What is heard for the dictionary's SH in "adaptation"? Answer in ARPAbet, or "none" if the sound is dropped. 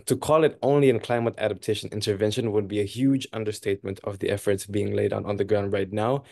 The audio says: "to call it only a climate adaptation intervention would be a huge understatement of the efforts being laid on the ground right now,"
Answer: SH